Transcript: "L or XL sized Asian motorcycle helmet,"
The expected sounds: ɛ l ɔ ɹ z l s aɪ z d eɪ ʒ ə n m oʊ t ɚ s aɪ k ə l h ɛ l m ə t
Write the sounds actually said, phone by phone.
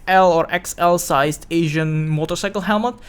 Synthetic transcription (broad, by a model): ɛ l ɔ ɹ s l s aɪ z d eɪ ʒ ə n m oʊ t ɚ s aɪ k ə l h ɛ l m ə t